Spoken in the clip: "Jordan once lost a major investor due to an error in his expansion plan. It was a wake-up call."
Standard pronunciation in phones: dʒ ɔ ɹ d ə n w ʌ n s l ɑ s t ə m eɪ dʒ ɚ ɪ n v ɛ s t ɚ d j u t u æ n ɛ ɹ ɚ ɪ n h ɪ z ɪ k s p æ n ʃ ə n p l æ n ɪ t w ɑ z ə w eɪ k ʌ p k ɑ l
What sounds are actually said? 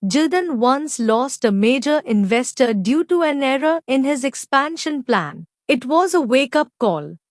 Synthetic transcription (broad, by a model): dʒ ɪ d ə n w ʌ n s l ɑ s t ə m eɪ dʒ ɚ ɪ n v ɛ s t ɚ d j u t u æ n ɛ ɹ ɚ ɪ n h ɪ z ɪ k s p æ n ʃ ə n p l æ n ɪ t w ɑ z ə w eɪ k ʌ p k ɑ l